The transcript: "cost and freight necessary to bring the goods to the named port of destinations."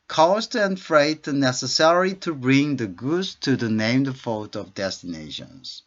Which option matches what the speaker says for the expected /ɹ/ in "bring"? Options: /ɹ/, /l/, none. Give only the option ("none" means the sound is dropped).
/ɹ/